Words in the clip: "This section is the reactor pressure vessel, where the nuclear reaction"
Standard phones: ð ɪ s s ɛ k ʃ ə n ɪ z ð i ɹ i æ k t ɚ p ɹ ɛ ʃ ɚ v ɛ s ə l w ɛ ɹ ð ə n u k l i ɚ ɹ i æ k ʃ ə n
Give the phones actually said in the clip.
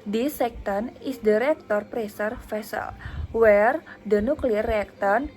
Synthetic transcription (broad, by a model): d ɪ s s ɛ k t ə n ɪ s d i ɹ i k t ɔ p ɹ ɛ s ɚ f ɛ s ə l w ɛ ɹ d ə n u k l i ɹ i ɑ k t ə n